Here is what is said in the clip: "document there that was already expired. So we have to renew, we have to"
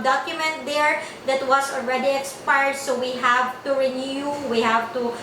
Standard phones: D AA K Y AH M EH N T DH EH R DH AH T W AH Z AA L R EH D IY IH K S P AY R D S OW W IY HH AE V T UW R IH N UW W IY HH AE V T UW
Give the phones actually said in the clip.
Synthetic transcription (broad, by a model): D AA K Y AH M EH N T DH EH R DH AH T W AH S AA L R EH D IY IH K S P AY R D S OW W IY HH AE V T UW R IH N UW W IY HH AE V T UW